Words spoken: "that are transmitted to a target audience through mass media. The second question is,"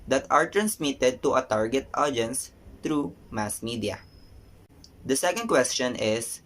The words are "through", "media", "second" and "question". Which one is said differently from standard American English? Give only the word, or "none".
through